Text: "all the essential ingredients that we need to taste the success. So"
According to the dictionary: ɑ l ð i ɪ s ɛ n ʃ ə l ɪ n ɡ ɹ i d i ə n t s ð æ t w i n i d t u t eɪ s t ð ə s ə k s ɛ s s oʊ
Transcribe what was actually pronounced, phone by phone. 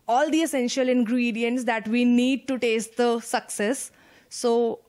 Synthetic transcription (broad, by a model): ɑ l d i ɪ s ɛ n ʃ ə l ɪ n ɡ ɹ i d i ə n t s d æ t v i n i d t u t eɪ s t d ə s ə k s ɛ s s oʊ